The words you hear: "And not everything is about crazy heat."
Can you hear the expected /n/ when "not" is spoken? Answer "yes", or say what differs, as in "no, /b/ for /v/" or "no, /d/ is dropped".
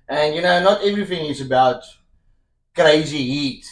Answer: yes